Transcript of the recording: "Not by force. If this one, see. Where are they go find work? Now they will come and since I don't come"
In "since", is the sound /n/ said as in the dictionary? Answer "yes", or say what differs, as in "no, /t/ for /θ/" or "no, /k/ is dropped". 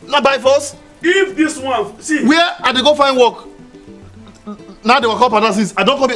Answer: no, /n/ is dropped